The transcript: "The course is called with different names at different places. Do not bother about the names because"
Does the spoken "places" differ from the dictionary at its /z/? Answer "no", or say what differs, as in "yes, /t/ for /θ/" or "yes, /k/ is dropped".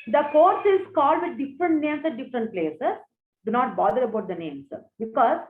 yes, /s/ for /z/